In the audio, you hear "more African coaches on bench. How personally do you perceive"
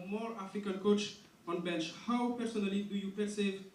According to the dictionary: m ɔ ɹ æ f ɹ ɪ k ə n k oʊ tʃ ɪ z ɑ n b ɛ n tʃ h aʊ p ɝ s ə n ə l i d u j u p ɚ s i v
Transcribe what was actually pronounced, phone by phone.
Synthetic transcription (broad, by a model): m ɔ ɹ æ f ɪ k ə l k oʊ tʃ ɑ n b ɛ n tʃ h aʊ p ɝ s ə n ə l i d u j u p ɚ s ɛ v